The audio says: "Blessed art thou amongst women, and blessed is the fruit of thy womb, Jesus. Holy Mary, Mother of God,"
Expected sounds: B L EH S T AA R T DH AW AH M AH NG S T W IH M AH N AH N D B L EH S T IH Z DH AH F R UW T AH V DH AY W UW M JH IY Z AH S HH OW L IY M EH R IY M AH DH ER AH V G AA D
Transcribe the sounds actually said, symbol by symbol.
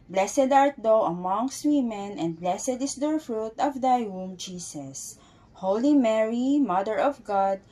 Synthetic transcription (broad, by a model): B L EH S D AA R T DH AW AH M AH NG S T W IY M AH N AH N D B L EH S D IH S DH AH F R UW T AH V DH AY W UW M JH IY S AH S HH OW L IY M EH R IY M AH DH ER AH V G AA D